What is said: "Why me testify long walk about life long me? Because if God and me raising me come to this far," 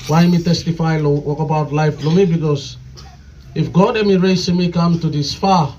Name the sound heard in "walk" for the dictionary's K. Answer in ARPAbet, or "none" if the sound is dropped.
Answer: K